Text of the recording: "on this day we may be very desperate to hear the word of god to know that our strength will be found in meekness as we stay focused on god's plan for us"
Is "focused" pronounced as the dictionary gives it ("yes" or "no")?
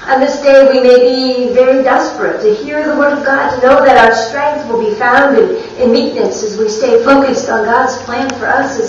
yes